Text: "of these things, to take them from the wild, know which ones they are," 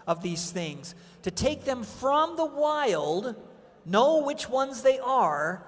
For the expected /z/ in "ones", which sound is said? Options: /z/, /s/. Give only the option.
/z/